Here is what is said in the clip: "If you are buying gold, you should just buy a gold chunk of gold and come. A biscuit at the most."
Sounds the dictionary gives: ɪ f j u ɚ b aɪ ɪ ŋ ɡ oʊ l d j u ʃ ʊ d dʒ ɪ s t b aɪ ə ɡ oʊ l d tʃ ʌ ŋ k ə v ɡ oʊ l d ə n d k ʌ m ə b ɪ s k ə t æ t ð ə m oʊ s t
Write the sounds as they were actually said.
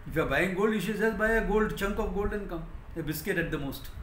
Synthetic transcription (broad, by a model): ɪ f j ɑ b aɪ ɪ ŋ ɡ oʊ l d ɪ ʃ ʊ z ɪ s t b aɪ ə ɡ oʊ l d tʃ ʌ ŋ k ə p ɡ oʊ l d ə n k ʌ m ə b ɪ s k ə t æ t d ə m oʊ s t